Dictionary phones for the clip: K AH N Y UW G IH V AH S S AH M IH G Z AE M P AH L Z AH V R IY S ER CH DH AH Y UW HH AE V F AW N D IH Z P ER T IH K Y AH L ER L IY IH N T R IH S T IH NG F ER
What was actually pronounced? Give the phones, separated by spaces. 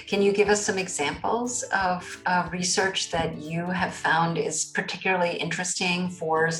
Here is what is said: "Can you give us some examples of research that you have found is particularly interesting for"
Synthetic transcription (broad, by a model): K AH N Y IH G IH V AH S S AH M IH G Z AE M P L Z AH V R IY S ER CH DH AH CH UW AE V F AW N D IH Z P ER T IH K Y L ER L IY IH N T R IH S T IH NG F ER